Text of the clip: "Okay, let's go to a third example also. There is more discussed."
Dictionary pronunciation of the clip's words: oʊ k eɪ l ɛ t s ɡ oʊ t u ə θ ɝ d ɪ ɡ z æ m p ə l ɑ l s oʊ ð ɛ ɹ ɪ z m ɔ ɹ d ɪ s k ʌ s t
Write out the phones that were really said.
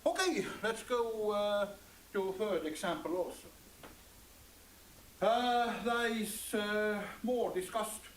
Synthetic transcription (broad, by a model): oʊ k eɪ l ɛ t s ɡ oʊ t u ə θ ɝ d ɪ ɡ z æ m p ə l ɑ l s oʊ ð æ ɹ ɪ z m ɔ ɹ d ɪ s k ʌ s t